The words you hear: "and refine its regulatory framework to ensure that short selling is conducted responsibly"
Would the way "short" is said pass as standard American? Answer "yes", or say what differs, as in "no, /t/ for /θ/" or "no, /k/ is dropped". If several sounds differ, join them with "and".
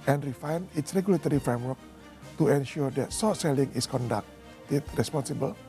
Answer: no, /s/ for /ʃ/